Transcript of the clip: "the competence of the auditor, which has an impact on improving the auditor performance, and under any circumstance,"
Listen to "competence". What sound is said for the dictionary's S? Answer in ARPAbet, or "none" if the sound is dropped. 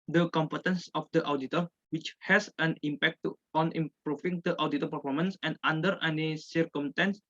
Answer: S